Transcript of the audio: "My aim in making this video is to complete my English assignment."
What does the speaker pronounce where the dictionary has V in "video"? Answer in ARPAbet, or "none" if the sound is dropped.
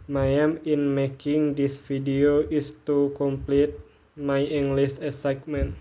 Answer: F